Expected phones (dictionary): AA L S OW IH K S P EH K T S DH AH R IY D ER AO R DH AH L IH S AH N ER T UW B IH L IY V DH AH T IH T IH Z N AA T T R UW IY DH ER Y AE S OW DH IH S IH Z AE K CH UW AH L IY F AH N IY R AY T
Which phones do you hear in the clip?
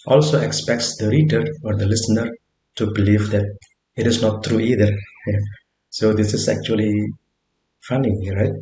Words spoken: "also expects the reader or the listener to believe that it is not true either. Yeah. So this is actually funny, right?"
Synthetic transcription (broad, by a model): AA L S OW IH K S P EH K T S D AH R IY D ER AO R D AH L IH S AH N ER T UW B IH L IY V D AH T IH T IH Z N AA T T R UW IY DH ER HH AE S OW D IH S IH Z AE K CH UW AH L IY F AH N IY R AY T